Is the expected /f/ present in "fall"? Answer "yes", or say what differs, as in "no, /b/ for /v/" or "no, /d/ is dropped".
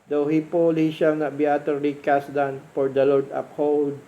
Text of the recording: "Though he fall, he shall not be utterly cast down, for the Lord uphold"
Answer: no, /p/ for /f/